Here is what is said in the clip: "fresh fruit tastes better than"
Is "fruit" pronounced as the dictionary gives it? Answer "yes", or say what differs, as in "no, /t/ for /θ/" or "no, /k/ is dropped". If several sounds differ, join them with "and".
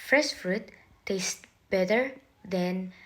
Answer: yes